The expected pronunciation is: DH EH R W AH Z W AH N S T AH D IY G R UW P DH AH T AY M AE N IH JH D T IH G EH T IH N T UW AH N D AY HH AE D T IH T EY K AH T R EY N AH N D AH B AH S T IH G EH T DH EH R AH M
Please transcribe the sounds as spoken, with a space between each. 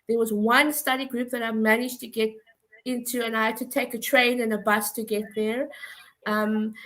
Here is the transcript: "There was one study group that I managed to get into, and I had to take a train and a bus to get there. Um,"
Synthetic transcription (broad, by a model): DH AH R W AH Z W AH N S T AH D IY G R UW P DH AH T AY M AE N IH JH T IH G EH T IH N T UW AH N AY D T IH T EY K AH T R EY N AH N AH B AH S T IH G EH T DH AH R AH M